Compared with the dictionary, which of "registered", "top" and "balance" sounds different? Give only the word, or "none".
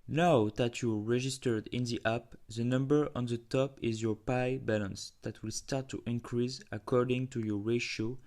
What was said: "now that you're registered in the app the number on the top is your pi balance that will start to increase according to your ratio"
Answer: none